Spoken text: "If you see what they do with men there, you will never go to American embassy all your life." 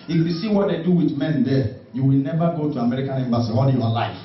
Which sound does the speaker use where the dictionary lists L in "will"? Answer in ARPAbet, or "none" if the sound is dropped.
L